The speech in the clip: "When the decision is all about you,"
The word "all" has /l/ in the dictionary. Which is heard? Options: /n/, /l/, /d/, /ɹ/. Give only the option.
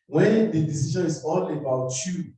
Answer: /n/